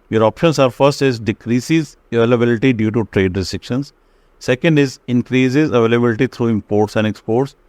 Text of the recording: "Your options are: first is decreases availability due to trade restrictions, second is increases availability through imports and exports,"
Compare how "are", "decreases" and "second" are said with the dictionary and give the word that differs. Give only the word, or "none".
none